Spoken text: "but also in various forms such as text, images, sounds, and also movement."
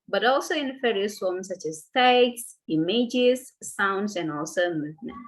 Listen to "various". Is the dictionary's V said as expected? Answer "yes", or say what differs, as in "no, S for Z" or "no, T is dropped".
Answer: no, F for V